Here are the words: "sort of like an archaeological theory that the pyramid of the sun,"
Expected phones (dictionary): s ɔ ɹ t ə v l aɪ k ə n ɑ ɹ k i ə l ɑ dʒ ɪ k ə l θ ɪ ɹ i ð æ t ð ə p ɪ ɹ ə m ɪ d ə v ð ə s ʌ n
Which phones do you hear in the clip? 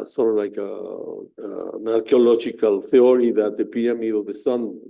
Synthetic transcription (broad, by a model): s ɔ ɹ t ə v l aɪ k ə n ɑ ɹ k i ə l ɑ dʒ ɪ k ə l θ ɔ ɹ i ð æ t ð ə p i ə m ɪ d ə v ð ə s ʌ n